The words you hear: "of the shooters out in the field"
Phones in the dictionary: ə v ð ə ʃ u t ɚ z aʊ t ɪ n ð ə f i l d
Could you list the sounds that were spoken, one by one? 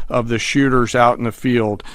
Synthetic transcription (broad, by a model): ə v ð ə ʃ u t ɚ z aʊ t n ð ə f i l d